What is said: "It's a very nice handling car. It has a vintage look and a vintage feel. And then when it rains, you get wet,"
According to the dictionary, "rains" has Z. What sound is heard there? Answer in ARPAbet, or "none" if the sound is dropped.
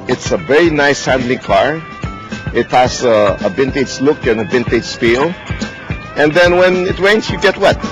S